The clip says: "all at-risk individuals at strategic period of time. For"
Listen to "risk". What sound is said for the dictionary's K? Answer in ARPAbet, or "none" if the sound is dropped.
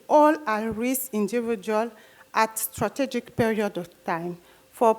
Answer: none